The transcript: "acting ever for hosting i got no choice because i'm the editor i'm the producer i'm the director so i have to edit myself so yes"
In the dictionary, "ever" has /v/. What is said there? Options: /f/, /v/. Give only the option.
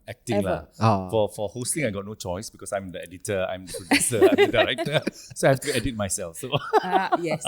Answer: /f/